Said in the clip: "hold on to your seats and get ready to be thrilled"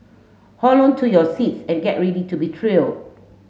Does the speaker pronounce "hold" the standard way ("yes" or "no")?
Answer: no